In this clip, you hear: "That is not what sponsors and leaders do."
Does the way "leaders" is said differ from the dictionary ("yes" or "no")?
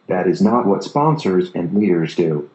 no